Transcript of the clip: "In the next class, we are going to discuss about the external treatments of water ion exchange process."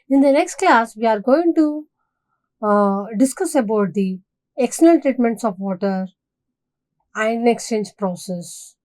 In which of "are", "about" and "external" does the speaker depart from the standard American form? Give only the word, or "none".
external